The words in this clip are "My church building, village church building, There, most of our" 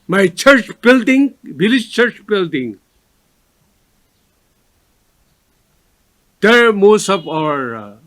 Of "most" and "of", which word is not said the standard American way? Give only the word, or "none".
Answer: of